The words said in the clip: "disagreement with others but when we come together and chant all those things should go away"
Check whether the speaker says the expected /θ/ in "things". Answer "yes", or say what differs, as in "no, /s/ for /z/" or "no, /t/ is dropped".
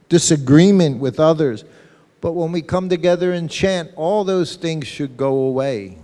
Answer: yes